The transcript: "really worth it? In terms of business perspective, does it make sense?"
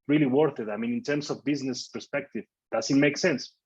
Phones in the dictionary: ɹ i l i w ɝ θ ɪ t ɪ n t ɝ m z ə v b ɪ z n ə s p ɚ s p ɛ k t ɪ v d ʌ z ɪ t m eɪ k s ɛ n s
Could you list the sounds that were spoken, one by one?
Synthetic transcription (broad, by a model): ɹ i l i w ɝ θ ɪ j ɪ n t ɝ m s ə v b ɪ z n ə s p ɚ s p ɛ k t ɪ v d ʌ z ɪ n m eɪ k s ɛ n s